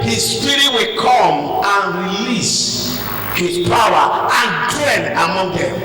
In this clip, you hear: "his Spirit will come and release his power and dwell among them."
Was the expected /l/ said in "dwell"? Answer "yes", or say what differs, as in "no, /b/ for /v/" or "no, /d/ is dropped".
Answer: no, /n/ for /l/